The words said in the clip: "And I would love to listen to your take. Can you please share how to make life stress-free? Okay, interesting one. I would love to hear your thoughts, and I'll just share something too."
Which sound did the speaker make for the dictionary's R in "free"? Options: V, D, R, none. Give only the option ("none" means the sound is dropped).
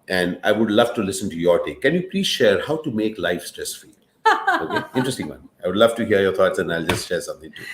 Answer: none